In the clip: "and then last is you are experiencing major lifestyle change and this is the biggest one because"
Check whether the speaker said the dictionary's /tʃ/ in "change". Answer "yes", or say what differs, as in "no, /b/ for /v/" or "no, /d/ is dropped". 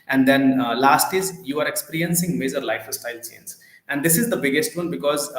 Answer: no, /s/ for /tʃ/